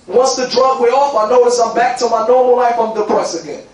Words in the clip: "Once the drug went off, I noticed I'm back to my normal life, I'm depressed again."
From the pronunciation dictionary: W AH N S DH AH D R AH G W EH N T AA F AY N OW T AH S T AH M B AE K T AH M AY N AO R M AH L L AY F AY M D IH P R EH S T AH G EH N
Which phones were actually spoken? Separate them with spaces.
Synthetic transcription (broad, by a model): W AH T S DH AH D R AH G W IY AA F AY N OW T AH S AH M B AE K T AH M AY N AO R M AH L L AY F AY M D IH P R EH S AH G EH N